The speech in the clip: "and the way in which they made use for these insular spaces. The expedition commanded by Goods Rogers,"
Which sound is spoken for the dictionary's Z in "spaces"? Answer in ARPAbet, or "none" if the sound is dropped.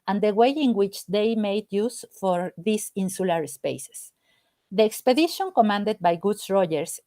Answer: S